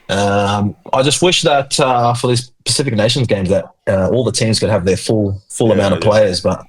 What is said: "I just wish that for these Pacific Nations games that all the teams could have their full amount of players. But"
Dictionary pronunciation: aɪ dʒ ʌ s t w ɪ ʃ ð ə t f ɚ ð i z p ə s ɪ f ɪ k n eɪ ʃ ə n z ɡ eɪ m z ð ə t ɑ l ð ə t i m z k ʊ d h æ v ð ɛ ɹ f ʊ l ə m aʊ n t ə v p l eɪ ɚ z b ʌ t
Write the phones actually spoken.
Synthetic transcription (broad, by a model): aɪ dʒ ʌ s t w ɪ ʃ ð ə t f ɚ ð i z p ə s ɪ f ɪ k n eɪ ʃ n z ɡ eɪ m z ð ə t ɑ l ð ə t i m z k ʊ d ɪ v ð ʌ ɹ f ʊ l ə m aʊ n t ə v p l eɪ ɚ z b ʌ t